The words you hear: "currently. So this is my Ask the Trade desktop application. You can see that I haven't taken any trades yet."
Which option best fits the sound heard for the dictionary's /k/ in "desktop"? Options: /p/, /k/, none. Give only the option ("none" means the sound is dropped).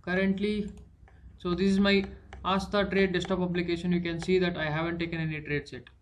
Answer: none